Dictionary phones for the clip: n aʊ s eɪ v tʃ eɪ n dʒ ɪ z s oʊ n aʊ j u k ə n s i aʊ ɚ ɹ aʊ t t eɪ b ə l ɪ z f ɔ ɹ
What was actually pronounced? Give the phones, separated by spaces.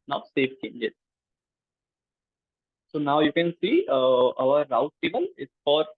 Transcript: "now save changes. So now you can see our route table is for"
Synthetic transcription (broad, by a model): n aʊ s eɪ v tʃ eɪ n dʒ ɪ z s oʊ n aʊ j u k ə n s i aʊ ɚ ɹ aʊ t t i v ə n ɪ s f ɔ ɹ